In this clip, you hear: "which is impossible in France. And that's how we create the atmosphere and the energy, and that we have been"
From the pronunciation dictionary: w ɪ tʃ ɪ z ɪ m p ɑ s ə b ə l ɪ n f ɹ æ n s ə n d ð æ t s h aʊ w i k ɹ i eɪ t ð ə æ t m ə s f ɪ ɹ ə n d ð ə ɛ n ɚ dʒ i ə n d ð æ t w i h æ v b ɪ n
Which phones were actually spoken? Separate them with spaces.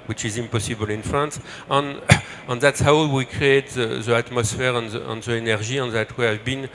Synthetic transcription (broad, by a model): w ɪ tʃ ɪ z ɪ m p ɑ s ə b ə l ɪ n f æ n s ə n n ð æ t s h aʊ w i k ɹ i eɪ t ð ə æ t m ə s f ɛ ɹ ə n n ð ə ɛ n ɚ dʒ i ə n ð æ t w i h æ v b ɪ n